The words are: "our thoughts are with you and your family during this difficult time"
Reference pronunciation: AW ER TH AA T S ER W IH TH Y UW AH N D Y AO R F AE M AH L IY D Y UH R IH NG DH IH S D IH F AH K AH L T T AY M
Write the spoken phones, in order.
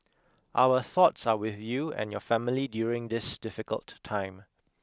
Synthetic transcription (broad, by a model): AW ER TH AA T S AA W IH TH Y UW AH N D Y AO F AE M AH L IY D Y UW R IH NG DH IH S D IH F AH K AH L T T AY M